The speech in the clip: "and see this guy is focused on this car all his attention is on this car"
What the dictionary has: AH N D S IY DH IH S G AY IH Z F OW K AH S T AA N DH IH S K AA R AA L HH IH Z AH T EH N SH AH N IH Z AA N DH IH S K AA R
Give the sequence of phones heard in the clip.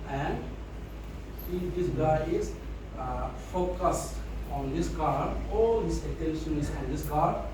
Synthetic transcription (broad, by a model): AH N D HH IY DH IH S G AY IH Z F OW K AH S AA N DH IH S K AA R AA L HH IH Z AH T EH N SH AH N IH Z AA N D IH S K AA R